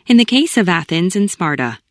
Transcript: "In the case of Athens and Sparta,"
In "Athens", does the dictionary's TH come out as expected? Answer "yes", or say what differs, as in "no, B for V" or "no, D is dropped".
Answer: yes